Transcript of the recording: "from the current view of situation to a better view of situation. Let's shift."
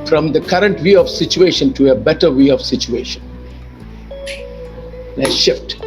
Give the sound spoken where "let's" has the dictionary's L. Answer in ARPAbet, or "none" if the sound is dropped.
N